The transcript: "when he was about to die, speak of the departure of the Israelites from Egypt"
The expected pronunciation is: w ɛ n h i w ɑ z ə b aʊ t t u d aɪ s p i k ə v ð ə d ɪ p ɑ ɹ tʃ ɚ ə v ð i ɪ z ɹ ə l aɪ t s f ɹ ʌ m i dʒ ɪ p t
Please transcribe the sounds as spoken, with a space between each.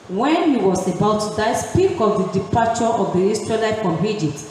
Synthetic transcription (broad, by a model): w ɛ n h i w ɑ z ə b aʊ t t u d aɪ s p i k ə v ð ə d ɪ p ɑ tʃ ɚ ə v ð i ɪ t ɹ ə l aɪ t f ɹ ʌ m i dʒ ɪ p t